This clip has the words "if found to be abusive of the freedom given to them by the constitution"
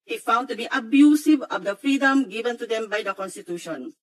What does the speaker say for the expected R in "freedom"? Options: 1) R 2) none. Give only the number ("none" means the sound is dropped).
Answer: 1